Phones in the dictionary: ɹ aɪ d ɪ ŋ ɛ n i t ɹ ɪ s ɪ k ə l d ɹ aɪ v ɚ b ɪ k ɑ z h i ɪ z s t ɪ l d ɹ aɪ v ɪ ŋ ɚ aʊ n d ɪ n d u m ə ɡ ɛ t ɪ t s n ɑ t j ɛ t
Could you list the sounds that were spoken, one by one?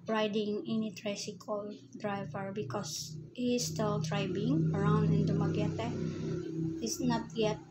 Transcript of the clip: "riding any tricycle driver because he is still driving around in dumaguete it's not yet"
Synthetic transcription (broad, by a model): ɹ aɪ d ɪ ŋ ɛ n i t ɹ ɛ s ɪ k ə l d ɹ aɪ v ɚ b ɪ k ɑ s h i s t ɪ l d ɹ aɪ b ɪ ŋ ɚ aʊ n d ɪ n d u m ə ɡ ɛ t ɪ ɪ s n ɑ t j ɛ t